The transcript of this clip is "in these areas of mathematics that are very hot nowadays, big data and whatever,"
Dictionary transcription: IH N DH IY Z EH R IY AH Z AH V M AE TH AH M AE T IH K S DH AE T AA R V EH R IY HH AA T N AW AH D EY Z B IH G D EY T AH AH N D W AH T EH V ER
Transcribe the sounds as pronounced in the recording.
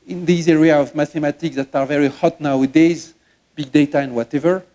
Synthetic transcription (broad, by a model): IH N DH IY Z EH R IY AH AH V M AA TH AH M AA T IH K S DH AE T AA R V EH R IY HH AA T N AW AH D EY Z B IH G D EY T AH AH N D W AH T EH V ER